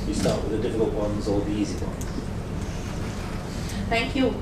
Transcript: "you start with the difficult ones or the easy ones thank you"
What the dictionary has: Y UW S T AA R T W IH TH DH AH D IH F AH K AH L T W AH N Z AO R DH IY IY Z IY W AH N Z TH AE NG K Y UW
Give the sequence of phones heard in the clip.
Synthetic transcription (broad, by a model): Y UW S T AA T W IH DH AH D IH F AH K AH L T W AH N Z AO L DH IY IY Z IY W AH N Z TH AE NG K Y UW